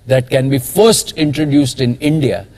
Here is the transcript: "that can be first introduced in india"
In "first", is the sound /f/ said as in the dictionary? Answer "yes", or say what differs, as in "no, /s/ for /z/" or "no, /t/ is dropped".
yes